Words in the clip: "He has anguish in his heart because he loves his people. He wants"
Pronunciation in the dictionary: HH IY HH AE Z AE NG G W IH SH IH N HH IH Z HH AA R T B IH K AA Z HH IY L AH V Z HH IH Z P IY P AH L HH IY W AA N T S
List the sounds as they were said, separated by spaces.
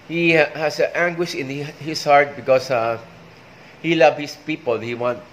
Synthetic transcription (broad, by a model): HH IY HH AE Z AE NG G W IH SH IH N HH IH S HH AA R T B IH K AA S HH IY L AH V HH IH S P IY P AH L HH IY W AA N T